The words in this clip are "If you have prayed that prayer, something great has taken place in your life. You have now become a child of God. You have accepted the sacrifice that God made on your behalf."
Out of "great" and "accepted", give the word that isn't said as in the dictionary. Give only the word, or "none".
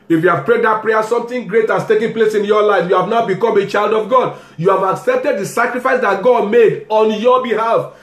none